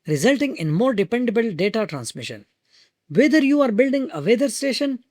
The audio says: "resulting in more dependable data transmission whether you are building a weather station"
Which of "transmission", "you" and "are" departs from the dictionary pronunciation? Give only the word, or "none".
none